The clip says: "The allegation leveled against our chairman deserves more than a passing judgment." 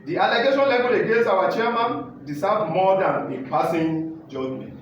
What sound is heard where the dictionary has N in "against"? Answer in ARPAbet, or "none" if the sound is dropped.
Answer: none